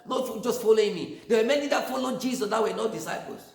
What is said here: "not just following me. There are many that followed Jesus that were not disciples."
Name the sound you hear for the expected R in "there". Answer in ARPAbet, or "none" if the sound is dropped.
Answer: W